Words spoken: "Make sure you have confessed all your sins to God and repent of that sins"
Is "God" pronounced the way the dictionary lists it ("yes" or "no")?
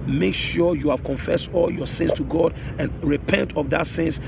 yes